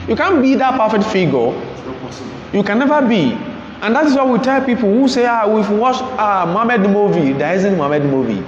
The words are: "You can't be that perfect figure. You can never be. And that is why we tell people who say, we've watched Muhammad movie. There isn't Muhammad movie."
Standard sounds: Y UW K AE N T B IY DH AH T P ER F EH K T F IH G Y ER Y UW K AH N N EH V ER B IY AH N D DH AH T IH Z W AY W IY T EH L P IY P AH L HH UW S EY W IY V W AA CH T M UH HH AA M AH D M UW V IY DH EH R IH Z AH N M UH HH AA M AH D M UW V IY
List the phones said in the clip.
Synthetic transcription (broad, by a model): Y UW K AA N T B IY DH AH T P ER F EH K T F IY G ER Y UW K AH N N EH V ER B IY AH N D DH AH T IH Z W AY W IY T EH L P IY P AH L HH UW S EY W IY F W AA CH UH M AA M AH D M UW V IY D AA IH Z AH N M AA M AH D M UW V IY